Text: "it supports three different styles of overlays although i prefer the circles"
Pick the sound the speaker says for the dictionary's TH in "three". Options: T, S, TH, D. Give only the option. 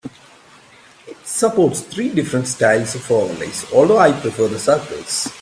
T